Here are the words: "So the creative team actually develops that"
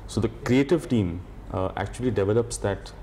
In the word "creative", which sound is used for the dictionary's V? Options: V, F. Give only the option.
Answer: V